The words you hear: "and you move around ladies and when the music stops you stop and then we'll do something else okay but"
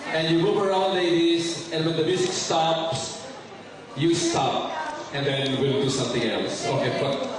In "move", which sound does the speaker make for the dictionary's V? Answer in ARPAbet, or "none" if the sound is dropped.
B